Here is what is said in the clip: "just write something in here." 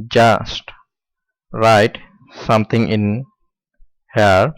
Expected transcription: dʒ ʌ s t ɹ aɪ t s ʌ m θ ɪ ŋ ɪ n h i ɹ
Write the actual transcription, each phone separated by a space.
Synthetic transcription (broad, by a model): dʒ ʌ s t ɹ aɪ t s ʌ m t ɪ ŋ ɪ n h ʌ ɹ